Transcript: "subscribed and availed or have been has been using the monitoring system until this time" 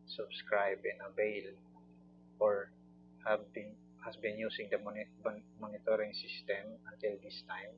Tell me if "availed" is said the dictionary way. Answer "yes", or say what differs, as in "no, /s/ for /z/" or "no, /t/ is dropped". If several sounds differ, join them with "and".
no, /b/ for /v/ and /d/ is dropped